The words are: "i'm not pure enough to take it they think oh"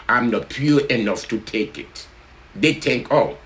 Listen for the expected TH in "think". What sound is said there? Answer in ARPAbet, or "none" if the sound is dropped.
T